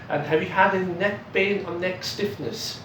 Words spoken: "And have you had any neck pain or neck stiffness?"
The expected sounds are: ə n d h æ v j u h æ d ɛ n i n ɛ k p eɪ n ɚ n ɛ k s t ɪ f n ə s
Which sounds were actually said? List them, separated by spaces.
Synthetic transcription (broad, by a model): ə n h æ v j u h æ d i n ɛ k b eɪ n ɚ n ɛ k s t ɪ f n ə s